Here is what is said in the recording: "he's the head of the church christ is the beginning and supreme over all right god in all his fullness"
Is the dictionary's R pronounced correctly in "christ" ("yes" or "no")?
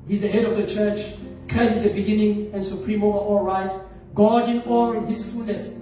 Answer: no